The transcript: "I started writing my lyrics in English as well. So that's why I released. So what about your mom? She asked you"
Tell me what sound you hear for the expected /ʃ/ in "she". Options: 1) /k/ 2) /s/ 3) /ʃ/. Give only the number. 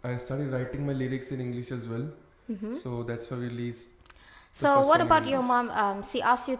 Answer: 2